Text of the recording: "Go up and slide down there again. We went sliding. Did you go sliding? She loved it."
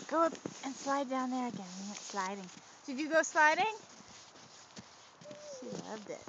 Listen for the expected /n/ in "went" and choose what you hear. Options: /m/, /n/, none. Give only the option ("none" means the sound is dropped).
none